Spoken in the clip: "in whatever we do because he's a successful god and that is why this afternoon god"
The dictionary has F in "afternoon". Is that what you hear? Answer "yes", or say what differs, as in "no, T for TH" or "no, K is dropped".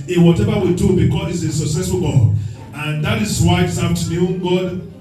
no, F is dropped